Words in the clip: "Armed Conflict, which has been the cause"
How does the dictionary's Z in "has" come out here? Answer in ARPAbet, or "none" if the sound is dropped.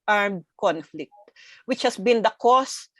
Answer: S